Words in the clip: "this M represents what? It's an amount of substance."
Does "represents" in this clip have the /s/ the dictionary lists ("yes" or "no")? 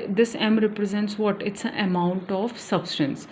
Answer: yes